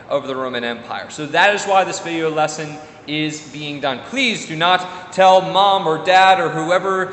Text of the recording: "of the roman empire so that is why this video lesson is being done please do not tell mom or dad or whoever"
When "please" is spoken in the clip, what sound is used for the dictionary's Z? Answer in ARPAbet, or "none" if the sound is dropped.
Z